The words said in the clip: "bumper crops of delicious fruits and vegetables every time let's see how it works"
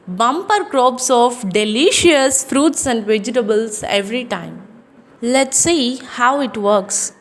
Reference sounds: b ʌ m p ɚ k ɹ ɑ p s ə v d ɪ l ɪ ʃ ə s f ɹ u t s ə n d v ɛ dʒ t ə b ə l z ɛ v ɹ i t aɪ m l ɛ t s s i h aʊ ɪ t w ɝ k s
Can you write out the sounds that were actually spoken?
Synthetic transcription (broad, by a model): b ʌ m p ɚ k ɹ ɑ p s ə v d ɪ l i ʃ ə s f ɹ u t s ə n d v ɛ dʒ t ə b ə l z ɛ v ɹ i t aɪ m l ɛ t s s i h aʊ ɪ t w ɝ k s